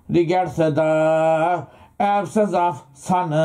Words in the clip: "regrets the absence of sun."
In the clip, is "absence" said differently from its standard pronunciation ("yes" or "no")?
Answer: yes